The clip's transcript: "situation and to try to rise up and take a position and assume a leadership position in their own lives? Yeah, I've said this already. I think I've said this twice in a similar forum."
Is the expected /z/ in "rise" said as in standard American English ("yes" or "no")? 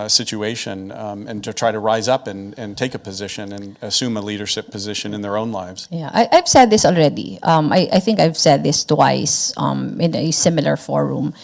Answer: yes